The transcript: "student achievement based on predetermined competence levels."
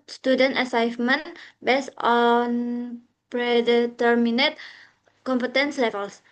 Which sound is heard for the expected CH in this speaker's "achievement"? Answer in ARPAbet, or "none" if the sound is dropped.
S